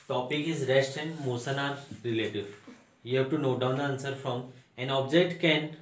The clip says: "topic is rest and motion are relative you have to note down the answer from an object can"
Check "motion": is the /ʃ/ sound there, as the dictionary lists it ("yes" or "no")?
no